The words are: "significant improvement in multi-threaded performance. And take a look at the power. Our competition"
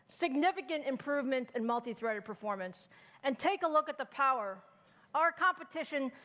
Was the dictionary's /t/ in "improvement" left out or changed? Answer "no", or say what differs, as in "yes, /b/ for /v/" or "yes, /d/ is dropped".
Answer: no